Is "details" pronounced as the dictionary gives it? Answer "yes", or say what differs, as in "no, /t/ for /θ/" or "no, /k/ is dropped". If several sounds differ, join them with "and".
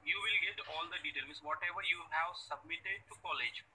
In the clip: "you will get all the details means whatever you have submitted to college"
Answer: no, /z/ is dropped